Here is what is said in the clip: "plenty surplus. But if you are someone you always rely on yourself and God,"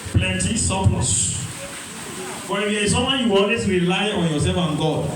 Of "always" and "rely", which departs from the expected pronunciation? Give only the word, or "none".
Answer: always